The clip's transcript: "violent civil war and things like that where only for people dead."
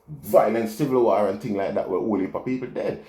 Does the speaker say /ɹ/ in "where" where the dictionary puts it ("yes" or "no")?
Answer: no